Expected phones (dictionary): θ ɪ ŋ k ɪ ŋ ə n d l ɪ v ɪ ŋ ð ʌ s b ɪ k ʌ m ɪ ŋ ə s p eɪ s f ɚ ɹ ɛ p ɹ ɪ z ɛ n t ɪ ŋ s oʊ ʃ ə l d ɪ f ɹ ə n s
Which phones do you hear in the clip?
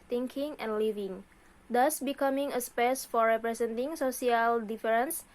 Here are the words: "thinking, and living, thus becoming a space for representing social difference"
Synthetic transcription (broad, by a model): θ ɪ ŋ k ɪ ŋ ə n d l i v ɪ ŋ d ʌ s b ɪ k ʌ m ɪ ŋ ə s p eɪ s f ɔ ɹ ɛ p ɹ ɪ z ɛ n t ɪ ŋ s oʊ s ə l d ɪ f ɹ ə n s